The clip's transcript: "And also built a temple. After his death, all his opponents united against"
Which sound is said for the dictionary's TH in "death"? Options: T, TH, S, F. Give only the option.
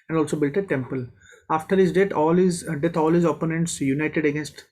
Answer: T